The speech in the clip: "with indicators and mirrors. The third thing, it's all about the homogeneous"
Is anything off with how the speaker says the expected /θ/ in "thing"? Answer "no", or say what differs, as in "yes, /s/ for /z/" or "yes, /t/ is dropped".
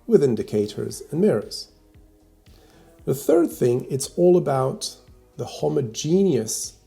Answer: no